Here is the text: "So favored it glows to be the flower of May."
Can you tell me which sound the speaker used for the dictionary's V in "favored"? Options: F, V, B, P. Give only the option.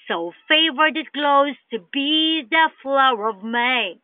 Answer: V